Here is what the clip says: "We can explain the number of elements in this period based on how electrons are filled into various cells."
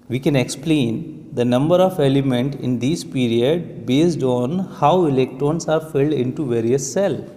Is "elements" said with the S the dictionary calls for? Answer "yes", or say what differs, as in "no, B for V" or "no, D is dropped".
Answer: no, S is dropped